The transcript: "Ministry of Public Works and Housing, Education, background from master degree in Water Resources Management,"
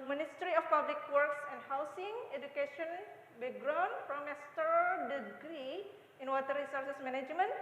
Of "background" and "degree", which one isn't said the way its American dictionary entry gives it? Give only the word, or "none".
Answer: background